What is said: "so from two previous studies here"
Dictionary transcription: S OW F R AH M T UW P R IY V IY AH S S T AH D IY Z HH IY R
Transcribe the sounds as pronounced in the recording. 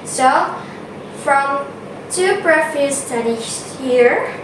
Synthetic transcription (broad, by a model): S OW F R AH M T UW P R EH F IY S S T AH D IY HH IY R